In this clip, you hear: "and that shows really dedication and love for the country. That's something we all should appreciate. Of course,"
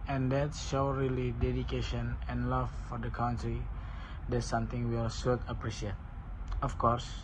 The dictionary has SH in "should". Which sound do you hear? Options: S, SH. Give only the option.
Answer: S